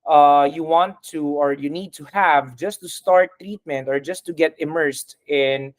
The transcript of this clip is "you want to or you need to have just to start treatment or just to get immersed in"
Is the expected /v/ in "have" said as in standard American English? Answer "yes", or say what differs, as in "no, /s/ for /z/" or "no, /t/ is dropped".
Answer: yes